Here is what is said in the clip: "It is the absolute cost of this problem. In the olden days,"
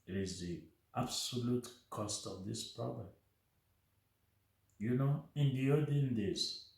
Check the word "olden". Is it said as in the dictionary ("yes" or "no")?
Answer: no